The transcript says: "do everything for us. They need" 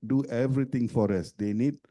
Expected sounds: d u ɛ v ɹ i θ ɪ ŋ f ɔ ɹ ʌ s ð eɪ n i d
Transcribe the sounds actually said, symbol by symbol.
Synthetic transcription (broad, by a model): d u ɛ v ɹ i t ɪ ŋ f ɔ ɹ ʌ s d eɪ n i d